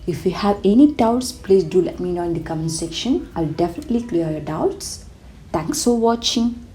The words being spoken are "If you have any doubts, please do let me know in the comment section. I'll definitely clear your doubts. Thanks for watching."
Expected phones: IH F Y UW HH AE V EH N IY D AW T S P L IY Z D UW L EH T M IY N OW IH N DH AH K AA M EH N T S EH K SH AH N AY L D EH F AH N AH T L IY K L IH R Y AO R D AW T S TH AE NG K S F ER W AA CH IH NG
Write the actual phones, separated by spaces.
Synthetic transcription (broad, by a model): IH F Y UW HH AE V EH N IY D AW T S P L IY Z D UW L EH T M IY N OW IH N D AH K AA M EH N S EH K SH AH N AY L D EH F AH N AH T L IY K L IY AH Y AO D AW T S T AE NG K S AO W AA CH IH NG